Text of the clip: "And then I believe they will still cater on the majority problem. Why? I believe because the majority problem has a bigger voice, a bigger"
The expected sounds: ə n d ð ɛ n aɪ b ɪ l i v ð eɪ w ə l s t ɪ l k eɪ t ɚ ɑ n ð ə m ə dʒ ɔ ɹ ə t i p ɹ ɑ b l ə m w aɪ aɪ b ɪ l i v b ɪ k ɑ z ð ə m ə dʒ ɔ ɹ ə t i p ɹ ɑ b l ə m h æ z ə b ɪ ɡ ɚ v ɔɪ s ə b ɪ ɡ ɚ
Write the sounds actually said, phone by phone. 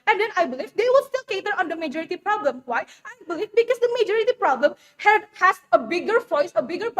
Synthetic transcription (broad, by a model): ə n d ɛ n aɪ b ɪ l i v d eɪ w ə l s t ɪ l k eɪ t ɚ ɑ n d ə m ə dʒ ɔ ɹ ə t i p ɹ ɑ b l ə m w aɪ aɪ b ɪ l i v b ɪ k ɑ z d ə m ə dʒ ɔ ɹ ə t i p ɹ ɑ b l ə m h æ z ə b ɪ ɡ ɚ f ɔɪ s ə b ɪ ɡ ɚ